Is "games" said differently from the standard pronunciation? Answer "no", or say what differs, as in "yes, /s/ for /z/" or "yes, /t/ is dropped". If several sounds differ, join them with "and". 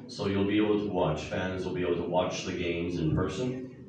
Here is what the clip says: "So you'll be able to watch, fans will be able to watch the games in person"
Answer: no